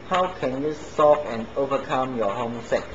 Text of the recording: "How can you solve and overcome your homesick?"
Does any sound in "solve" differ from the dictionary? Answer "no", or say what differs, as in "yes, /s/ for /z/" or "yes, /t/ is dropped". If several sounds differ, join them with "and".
yes, /l/ is dropped